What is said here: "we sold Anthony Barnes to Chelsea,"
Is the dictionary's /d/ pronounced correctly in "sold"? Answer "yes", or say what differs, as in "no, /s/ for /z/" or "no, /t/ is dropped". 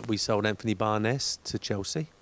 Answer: yes